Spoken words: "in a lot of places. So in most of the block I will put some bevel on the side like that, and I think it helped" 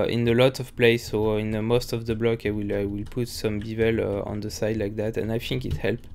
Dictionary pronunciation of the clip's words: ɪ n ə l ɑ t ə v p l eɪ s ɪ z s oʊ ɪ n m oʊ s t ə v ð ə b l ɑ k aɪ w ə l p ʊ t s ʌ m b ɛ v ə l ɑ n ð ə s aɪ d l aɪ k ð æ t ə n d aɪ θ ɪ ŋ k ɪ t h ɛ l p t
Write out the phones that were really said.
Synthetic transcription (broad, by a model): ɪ n ə l ɑ t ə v p l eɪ ɪ s oʊ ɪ n m oʊ s t ə v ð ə b l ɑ k aɪ w ə l p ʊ t s ʌ m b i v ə l ɑ n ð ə s aɪ d l aɪ k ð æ t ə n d aɪ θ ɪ ŋ k ɪ t h ɛ l p